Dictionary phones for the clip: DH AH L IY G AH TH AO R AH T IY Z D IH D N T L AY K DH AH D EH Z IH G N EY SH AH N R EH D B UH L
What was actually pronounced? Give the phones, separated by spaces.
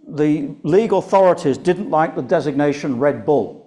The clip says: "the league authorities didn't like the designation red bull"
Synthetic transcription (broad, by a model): DH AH L IY G AH TH AO R AH T IY Z D IH D N T L AY K DH AH D EH Z IH G N EY SH AH N R EH D B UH L